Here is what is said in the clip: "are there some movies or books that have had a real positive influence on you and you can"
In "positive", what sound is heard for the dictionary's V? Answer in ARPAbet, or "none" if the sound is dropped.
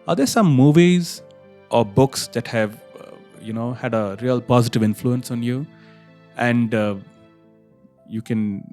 V